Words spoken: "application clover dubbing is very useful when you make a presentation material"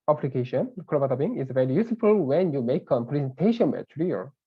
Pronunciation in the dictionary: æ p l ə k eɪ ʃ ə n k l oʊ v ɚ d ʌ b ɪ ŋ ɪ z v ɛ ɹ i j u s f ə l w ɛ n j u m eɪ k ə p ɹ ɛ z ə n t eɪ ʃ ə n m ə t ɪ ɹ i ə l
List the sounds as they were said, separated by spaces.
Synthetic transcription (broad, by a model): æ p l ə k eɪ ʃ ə n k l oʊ b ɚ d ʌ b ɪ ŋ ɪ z v ɛ ɹ i j u s f ə l w ɛ n j u m eɪ k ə p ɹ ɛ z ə n t eɪ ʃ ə n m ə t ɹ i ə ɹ